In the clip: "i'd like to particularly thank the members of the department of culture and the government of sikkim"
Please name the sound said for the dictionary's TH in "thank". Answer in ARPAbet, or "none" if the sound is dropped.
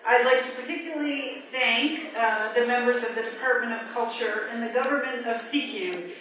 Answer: TH